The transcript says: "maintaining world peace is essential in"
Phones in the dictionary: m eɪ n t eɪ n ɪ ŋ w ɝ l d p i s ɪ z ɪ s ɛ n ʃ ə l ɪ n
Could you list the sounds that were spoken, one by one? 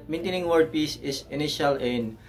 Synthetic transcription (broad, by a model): m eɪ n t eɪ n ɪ ŋ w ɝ d p i s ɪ s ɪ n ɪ ʃ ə l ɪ n